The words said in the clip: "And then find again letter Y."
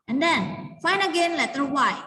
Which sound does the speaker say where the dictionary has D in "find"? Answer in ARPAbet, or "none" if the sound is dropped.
none